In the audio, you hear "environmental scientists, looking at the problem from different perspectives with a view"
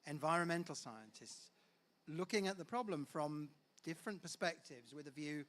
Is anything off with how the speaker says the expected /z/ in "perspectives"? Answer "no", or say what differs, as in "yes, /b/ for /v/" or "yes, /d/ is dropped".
no